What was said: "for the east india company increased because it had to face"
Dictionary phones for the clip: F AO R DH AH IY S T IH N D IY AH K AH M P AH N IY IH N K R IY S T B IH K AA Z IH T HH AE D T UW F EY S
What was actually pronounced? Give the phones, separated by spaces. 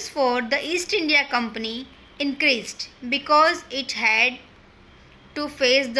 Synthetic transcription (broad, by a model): F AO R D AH IY S T IH N D IY AH K AH M P AH N IY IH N K R IY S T B IH K AA Z IH T HH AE D T UW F EY S